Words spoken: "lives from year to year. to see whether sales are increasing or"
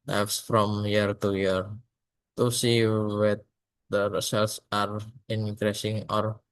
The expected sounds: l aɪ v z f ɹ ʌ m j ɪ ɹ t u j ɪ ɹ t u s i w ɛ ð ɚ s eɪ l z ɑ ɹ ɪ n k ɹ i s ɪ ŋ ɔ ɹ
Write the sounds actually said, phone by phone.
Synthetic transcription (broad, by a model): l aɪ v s f ɹ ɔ m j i ɹ t u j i ɹ t u s i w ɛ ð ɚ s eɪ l s ɑ ɹ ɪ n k ɹ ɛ s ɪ ŋ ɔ ɹ